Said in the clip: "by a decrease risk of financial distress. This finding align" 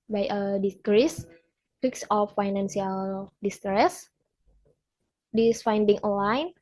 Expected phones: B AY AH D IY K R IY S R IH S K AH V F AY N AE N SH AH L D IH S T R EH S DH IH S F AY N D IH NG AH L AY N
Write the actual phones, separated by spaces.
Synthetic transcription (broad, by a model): B AY AH D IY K R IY S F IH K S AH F AY N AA N S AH L D IH S T R EH S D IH S F AY N D IH NG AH L AY N